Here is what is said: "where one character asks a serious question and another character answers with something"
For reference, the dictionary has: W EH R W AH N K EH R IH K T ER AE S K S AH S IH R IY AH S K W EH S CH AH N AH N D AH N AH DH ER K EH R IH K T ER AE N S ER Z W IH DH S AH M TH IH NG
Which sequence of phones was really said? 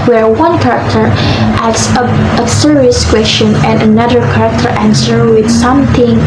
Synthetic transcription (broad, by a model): W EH R W AH N K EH R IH K T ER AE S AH AH S IH R IY AH S K W EH S CH AH N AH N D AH N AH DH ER K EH R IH K T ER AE N S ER W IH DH S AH M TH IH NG